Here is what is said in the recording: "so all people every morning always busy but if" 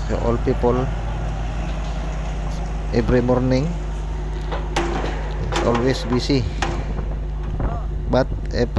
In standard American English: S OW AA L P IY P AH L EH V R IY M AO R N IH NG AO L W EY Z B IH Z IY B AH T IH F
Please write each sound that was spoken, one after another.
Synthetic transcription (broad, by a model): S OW AA L P IY P AH L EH B R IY M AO R N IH NG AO L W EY S B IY S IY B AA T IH